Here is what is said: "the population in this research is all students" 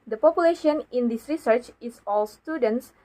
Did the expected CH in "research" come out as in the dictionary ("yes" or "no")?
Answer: yes